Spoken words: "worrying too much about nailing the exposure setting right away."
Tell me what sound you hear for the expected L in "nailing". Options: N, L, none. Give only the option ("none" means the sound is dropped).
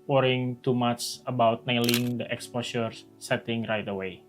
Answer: L